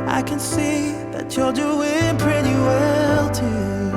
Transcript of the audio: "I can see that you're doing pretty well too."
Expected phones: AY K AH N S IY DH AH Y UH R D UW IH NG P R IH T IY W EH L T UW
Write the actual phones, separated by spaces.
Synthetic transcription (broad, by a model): AY K AH N S IY DH AH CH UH L D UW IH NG P R IH T IY W EH L T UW